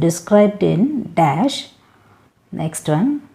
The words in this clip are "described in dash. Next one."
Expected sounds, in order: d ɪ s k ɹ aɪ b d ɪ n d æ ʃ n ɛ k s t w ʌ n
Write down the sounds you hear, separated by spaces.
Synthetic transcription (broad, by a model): d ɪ s k ɹ aɪ b d ɪ n d æ ʃ n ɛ k s t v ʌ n